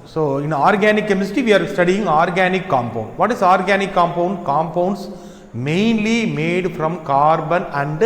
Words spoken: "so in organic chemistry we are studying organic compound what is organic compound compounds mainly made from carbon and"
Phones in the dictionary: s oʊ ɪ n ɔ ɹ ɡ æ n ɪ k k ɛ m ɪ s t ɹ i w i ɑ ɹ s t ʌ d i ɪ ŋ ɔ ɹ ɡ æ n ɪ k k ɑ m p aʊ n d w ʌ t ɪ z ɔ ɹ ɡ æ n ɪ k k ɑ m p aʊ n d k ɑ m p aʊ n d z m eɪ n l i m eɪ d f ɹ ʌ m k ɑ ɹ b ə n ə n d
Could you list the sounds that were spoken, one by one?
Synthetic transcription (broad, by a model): s oʊ ɪ n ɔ ɹ ɡ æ n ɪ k k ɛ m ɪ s t i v i ɑ ɹ s t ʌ d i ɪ ŋ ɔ ɹ ɡ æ n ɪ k k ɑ m p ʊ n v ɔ t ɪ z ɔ ɹ ɡ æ n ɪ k k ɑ m p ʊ n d k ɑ m p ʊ n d s m eɪ n l i m eɪ d f ɹ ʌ m k ɑ ɹ b ə n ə n d